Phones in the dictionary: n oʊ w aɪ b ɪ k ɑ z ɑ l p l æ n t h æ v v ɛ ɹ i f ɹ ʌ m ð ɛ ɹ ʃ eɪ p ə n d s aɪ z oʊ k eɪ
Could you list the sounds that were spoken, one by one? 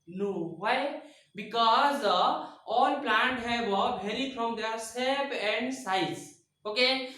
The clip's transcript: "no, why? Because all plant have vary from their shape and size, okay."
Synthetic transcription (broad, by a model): n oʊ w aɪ b ɪ k ɑ z ɑ l p l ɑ n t h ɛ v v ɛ l i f ɹ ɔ m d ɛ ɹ s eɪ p ə n d s aɪ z oʊ k eɪ